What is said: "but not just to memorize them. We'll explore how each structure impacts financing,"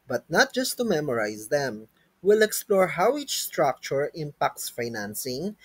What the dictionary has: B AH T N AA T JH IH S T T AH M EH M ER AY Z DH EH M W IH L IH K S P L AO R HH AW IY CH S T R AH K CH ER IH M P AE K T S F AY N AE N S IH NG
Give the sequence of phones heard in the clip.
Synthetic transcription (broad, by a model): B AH T N AA T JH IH S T T AH M EH M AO AY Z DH EH M W IH L IH K S P L AO R HH AW IY CH S T R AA K CH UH IH M P AE K T S F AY N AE N S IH NG